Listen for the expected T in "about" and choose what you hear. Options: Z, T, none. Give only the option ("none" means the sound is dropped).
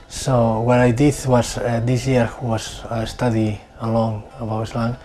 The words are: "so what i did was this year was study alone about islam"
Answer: none